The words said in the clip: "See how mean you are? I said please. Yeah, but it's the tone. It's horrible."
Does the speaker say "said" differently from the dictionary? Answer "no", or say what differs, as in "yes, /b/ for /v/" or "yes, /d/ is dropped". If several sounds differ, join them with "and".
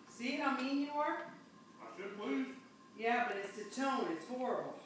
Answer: yes, /ʃ/ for /s/